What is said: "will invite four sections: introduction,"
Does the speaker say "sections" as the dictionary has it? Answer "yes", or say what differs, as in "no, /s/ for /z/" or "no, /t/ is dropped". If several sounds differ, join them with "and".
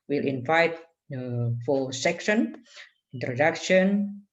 no, /z/ is dropped